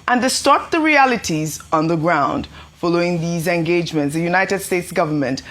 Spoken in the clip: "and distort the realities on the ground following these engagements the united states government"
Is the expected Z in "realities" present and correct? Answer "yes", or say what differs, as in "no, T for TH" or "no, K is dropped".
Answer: yes